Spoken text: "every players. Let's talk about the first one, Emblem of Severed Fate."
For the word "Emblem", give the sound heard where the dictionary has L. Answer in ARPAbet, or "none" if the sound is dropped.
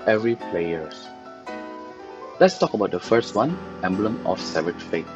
L